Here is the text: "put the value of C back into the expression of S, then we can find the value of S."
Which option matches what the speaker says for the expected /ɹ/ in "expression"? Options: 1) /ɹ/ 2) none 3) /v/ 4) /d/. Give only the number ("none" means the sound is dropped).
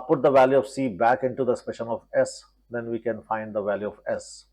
2